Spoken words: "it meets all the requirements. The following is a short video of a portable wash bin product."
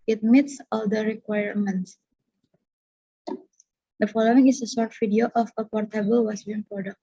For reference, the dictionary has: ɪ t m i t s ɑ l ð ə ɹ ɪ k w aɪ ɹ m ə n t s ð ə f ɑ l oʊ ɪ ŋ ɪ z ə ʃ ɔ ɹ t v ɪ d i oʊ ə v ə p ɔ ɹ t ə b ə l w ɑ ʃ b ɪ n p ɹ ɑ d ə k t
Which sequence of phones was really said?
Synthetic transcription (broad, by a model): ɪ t m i t s ɑ l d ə ɹ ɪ k w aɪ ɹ m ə n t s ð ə f ɑ l oʊ ɪ ŋ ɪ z ə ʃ ɔ ɹ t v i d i oʊ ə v ə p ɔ ɹ t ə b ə l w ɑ s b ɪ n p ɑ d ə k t